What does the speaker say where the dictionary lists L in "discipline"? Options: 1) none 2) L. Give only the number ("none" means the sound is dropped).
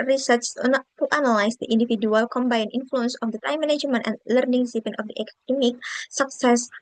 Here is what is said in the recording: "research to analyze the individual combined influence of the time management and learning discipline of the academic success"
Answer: 1